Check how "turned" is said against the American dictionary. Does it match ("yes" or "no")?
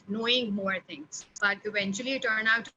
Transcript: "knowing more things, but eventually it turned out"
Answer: no